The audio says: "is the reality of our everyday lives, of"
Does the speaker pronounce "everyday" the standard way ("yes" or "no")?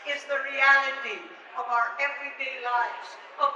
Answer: yes